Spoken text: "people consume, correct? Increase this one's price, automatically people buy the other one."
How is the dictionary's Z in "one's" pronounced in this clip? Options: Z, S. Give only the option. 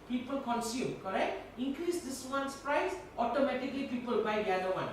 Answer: S